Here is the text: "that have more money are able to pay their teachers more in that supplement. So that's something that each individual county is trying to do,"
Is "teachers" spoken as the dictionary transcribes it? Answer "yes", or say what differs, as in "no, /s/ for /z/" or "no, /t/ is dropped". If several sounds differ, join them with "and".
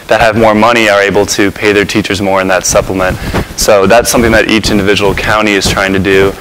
yes